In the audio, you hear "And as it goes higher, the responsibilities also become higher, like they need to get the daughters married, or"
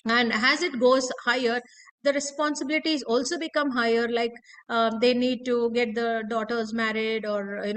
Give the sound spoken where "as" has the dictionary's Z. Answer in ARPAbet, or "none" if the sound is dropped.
Z